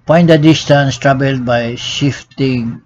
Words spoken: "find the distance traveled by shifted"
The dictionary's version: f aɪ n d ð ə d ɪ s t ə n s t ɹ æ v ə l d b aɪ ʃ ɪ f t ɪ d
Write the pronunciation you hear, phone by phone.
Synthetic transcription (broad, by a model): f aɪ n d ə d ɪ s t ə n s t ɹ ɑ b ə l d b aɪ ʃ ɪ f t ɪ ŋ